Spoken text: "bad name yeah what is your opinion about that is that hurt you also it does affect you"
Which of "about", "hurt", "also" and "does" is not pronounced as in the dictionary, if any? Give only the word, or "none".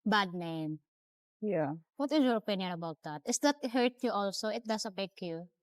does